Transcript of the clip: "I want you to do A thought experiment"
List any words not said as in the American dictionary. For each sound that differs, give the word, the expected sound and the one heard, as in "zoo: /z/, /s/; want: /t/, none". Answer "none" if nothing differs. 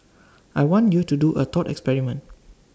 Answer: thought: /θ/, /t/